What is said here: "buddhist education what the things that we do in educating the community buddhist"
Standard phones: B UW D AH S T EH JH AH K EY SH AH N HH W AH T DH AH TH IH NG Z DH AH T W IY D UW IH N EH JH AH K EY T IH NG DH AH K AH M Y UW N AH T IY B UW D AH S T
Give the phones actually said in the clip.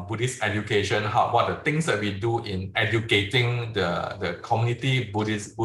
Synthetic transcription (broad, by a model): B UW D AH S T EH JH AH K EY SH AH N HH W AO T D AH T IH NG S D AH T W IY D UW IH N EH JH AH K EY T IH NG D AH K AH M Y UW N AH T IY B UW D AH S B